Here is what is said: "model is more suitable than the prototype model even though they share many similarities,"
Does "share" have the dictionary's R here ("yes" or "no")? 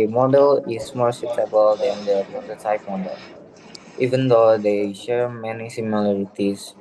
yes